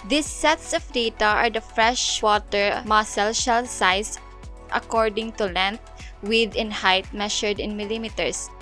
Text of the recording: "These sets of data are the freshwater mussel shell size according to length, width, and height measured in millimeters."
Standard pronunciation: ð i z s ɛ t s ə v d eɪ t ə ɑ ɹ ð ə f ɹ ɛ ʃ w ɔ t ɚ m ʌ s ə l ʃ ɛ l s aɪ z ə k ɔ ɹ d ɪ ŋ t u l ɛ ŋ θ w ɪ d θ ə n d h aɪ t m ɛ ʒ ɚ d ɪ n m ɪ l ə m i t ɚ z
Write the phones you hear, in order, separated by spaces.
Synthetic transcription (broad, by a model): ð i s ɛ t s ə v d eɪ t ə ɑ ɹ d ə f ɹ ɛ ʃ w ɔ t ɚ m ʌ s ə l ʃ ɛ l s aɪ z ə k ɔ ɹ d ɪ ŋ t u l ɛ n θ w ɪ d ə n h aɪ t m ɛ ʃ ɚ d ɪ n m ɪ l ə m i t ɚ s